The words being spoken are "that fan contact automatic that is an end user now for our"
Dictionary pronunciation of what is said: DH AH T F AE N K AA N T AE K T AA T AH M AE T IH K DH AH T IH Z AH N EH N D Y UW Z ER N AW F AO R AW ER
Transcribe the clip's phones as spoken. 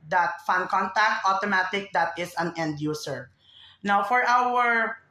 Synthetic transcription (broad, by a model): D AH T F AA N K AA N T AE K T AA T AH M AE T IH K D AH T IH S AH N EH N D Y UW S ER N AW F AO R AW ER